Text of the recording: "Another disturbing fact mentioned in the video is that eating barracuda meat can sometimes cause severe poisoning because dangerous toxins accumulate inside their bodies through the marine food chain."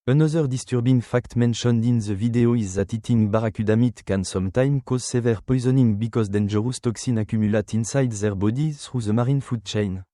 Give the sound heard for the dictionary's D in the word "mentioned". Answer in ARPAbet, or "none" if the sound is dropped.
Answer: D